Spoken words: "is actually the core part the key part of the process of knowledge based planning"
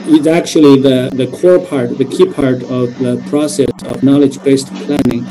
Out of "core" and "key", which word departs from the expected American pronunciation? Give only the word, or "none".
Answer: none